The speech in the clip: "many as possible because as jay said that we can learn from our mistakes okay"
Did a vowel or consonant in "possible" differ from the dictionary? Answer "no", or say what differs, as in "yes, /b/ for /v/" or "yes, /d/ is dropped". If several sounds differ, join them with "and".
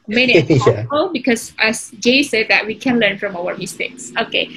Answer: yes, /b/ is dropped